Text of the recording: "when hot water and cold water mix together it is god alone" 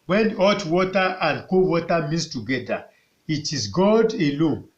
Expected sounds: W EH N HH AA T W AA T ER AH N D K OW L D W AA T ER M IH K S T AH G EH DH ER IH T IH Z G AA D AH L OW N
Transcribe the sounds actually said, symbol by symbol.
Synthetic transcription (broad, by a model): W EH N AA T W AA T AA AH N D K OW W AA T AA M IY S T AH G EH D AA IH T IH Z G AA D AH L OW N